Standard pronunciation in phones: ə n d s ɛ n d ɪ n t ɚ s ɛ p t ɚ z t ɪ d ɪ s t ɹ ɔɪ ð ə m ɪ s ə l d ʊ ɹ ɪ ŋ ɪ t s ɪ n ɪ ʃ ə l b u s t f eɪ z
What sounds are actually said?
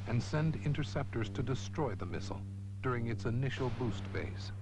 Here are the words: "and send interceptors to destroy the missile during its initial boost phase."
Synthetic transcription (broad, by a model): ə n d s ɛ n d ɪ n t ɚ s ɛ p t ɚ z t ɪ d ɪ s t ɹ ɔɪ ð ə m ɪ s l d ʊ ɹ ɪ ŋ ɪ t s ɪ n ɪ ʃ l b u s t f eɪ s